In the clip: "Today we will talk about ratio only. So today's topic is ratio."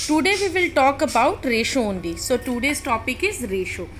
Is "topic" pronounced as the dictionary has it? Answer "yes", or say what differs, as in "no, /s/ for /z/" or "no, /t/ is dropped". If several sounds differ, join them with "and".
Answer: yes